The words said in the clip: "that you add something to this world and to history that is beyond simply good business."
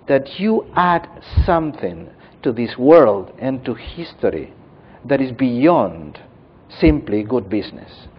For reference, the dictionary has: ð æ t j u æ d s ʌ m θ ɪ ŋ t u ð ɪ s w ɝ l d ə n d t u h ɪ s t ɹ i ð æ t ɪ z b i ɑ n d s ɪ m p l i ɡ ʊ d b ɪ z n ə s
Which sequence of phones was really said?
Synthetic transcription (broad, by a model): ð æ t j u æ d s ʌ m θ ɪ ŋ t u ð ɪ s w ɝ l d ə n t u h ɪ s t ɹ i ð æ t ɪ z b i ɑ n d s ɪ m p l i ɡ ʊ d b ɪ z n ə s